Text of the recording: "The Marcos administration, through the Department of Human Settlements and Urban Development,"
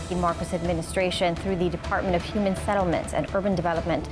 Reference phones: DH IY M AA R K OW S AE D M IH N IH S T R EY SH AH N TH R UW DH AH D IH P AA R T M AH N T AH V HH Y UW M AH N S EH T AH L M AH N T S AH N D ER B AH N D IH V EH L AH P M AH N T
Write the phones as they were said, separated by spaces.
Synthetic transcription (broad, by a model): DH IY M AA R K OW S AE D M IH N IH S T R EY SH AH N TH R UW DH AH D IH P AA R T M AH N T AH V HH Y UW M AH N S EH T L M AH N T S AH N ER B AH N D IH V EH L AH P M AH N T